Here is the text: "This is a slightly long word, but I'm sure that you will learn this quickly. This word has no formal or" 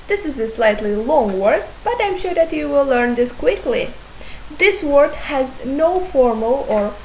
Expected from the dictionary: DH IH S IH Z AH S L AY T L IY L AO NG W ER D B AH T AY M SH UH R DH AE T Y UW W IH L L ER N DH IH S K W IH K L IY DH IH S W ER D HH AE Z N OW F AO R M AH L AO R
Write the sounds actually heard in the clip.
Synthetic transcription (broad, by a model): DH IH S IH Z AH S L AY T L IY L AO NG W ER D B AH T AY M SH UH R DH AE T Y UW W IH L L ER N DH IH S K W IH K L IY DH IH S W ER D HH AE Z N OW F AO R M AH L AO R